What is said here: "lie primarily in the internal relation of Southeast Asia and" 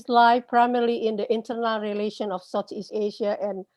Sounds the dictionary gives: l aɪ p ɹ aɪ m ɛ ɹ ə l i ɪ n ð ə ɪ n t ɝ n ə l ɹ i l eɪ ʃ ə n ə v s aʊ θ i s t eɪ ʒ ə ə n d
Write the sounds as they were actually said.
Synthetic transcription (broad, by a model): l aɪ p ɹ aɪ m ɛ ɹ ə l i ɪ n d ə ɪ n t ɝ n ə l ɹ i l eɪ ʃ ə n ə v s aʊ t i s eɪ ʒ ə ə n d